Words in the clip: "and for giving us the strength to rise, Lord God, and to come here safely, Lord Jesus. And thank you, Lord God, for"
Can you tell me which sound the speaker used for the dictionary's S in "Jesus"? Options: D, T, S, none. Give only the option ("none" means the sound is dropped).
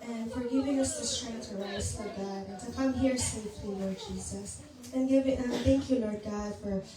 S